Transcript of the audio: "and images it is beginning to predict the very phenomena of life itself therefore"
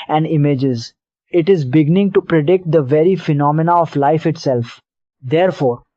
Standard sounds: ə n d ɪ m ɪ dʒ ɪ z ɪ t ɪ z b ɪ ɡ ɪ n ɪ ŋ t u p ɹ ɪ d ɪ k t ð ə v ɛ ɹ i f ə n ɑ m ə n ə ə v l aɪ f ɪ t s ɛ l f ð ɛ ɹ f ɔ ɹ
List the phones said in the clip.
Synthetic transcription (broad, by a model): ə n d ɪ m ɪ dʒ ɪ z ɪ t ɪ z b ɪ ɡ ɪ n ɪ ŋ t u p ɹ ɪ d ɪ k t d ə v ɛ ɹ i f ə n ɑ m ə n ə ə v l aɪ f ɪ t s ɛ l f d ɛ ɹ f ɔ ɹ